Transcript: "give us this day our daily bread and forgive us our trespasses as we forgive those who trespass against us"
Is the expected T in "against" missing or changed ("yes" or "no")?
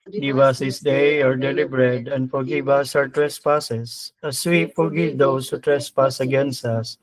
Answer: no